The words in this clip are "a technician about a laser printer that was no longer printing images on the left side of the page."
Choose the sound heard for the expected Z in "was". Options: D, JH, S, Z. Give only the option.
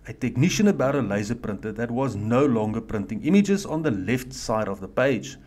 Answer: Z